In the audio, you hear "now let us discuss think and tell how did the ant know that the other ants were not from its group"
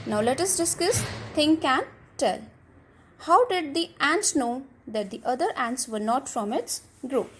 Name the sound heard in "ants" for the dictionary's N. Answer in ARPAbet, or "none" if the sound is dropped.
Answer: N